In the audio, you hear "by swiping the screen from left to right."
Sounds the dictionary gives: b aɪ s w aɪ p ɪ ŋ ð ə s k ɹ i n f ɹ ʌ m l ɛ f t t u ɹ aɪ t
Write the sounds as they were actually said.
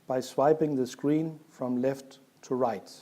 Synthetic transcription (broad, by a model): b aɪ s w aɪ p ɪ ŋ ð ə s k ɹ i n f ɹ ʌ m l ɛ f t t u ɹ aɪ t